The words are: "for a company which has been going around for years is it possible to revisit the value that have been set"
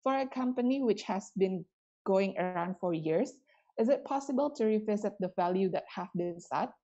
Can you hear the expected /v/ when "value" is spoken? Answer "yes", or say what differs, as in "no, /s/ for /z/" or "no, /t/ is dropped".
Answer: yes